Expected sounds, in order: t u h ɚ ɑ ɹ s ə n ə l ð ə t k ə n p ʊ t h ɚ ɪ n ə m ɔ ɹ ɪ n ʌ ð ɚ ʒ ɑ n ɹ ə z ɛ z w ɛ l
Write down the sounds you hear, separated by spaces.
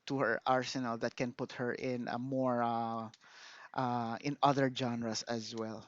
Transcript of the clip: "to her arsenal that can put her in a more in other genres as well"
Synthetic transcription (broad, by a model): t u h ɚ ɑ ɹ s ə n ə l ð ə t k ə n p ʊ t h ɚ ɪ n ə m ɔ ɹ ɪ n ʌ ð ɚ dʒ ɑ n ɹ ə s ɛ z w ɛ l